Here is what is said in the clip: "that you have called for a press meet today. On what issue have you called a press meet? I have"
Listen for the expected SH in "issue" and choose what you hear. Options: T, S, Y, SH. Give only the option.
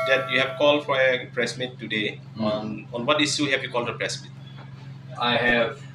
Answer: S